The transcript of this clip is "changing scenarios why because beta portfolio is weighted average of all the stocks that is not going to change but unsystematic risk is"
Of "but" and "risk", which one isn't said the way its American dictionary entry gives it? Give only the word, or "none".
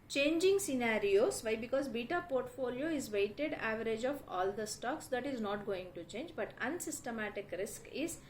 none